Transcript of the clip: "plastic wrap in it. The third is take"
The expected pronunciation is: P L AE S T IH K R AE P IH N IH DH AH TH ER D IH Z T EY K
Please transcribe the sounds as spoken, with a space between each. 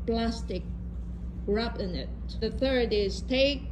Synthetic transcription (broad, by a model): P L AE S T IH K R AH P IH N IH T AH TH ER D IH Z T EY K